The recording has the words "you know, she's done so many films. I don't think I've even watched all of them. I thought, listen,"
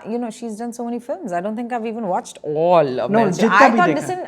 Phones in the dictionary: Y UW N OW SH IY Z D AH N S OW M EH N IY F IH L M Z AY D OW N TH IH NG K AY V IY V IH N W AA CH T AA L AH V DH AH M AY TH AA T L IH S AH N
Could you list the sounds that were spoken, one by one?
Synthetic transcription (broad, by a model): Y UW N OW SH IY Z D AH N S OW M EH N IY F IH L M Z AY D OW N T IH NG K AY V IY V IH N W AA CH T AA L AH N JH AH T AY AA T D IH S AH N